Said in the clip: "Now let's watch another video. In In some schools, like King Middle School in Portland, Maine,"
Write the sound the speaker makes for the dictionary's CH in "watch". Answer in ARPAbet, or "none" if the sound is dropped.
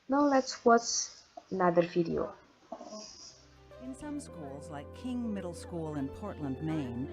S